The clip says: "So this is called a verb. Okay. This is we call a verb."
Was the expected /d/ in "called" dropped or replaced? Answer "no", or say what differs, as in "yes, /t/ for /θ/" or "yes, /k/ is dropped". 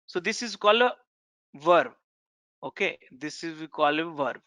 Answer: yes, /d/ is dropped